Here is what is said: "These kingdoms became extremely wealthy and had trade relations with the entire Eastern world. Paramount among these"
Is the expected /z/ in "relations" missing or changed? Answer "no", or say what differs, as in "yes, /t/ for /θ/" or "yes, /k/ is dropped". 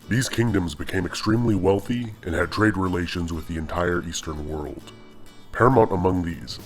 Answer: no